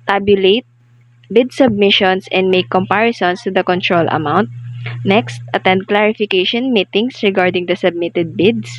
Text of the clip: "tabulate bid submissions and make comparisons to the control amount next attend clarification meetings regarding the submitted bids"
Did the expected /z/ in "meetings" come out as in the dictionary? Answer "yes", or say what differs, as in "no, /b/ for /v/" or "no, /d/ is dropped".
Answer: no, /s/ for /z/